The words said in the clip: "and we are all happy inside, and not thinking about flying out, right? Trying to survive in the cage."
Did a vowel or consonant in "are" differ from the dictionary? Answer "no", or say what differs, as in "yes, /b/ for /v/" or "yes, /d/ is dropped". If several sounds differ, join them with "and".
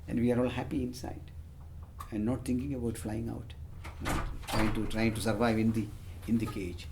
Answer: no